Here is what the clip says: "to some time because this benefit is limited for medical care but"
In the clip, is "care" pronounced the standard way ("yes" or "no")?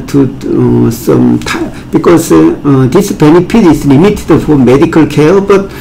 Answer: no